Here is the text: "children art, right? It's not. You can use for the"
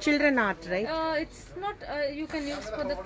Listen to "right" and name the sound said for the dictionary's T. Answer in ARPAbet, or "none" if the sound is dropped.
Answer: none